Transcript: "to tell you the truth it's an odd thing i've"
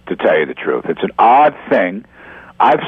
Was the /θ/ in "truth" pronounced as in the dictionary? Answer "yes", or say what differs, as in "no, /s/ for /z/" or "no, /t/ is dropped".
yes